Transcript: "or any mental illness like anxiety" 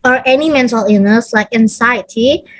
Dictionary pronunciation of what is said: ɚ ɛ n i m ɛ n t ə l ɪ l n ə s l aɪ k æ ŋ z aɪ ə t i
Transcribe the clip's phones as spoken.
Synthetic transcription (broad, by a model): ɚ ɛ n i m ɛ n t ə l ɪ n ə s l aɪ k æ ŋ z aɪ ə t i